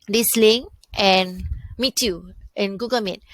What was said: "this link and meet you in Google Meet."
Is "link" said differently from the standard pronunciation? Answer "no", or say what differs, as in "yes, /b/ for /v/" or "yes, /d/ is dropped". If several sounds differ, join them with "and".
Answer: yes, /k/ is dropped